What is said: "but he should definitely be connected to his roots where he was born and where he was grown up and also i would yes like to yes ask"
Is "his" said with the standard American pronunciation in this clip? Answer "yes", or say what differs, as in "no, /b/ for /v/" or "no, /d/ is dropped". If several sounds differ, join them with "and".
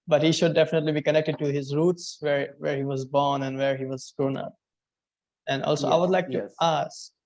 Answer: yes